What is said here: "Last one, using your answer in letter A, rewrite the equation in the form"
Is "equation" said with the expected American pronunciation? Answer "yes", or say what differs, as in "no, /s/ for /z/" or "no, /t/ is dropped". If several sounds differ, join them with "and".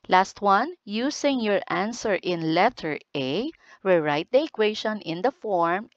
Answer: no, /ʃ/ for /ʒ/